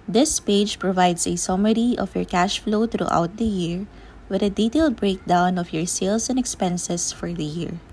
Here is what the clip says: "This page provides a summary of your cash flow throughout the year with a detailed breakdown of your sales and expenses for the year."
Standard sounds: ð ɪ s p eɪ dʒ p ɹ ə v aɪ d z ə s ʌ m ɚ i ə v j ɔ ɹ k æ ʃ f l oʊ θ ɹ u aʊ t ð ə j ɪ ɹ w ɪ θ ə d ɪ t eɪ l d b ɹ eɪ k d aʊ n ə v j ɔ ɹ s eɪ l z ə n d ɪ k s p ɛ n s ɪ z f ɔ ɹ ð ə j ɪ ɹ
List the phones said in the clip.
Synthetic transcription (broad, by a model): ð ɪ s p eɪ dʒ p ɹ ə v aɪ d s ə s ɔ m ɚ i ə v j ɔ ɹ k æ ʃ f l oʊ t ɹ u aʊ t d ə j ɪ ɹ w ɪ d ə d ɪ t eɪ l d b ɹ eɪ k d aʊ n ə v j ɔ ɹ s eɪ l s ə n d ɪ k s p ɛ n s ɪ s f ɔ ɹ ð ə j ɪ ɹ